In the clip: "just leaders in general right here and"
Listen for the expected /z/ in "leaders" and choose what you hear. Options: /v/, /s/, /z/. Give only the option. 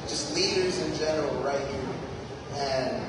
/z/